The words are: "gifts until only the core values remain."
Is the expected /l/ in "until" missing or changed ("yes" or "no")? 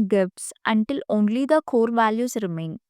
no